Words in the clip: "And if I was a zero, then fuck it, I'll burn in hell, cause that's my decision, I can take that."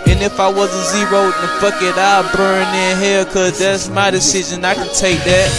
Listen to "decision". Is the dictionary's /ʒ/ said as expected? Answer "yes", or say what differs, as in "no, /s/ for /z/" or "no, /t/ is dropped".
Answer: yes